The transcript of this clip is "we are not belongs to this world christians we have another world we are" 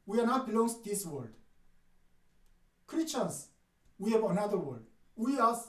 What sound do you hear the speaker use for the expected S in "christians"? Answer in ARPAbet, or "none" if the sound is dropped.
none